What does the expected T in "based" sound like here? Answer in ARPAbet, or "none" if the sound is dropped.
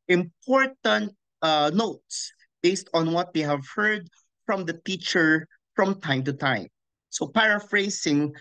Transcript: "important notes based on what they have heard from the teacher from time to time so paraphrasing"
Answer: T